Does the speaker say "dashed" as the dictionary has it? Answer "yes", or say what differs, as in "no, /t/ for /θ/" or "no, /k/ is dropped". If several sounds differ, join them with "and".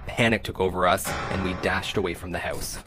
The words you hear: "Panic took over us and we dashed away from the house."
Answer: yes